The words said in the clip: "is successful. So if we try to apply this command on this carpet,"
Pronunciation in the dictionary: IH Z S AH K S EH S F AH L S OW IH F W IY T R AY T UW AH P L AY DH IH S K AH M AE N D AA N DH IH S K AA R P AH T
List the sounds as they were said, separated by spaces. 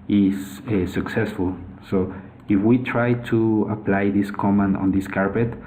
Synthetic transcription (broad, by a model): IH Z S AH K S EH S F AH L S OW IH F W IY T R AY T UW AH P L AY DH IH S K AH M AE N AA N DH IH S K AA R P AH T